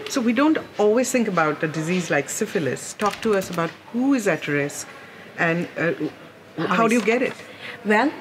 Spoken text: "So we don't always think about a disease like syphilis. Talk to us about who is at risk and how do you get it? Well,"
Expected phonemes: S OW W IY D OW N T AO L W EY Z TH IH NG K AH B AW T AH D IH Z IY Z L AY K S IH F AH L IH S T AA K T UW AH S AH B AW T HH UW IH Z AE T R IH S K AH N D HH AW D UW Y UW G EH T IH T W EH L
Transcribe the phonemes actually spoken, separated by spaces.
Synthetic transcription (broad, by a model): S OW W IY D OW N T AO L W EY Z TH IH NG K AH B AW T AH D IH Z IY Z L AY K S IH F AH L IH S T AA K T UW AH S AH B AW T HH UW IH Z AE T R IH S K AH N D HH AW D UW Y UW G EH T IH T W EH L